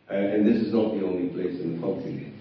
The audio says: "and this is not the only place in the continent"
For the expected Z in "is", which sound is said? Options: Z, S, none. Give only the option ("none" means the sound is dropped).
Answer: Z